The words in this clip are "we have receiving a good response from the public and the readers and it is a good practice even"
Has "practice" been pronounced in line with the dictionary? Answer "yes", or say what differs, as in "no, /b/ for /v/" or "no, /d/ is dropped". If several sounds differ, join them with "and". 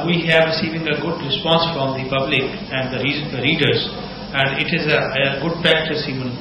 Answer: no, /ɹ/ is dropped